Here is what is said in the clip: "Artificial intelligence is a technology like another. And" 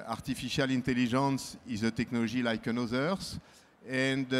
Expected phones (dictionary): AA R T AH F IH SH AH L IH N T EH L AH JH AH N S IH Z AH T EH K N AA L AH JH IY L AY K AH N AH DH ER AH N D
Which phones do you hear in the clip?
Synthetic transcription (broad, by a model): AA R T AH F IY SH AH L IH N T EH L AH ZH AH N S IH Z AH T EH K N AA L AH ZH IY L AY K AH N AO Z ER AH N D